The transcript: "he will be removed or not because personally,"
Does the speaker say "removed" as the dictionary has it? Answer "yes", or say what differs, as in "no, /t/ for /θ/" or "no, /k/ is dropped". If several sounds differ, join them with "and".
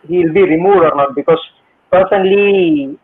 no, /v/ is dropped